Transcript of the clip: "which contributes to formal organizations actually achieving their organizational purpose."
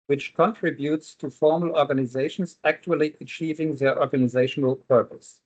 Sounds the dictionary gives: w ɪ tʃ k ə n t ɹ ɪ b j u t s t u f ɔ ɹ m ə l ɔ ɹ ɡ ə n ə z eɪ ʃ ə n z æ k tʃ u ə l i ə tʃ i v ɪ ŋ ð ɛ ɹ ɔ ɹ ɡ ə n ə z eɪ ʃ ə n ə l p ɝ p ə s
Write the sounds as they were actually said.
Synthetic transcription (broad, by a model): w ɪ tʃ k ə n t ɹ ɪ b j u t s t u f ɔ ɹ m ə l ɔ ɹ ɡ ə n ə z eɪ ʃ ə n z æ k tʃ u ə l i ə tʃ i v ɪ ŋ ð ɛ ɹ ɔ ɹ ɡ ə n ə z eɪ ʃ ə n ə l p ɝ p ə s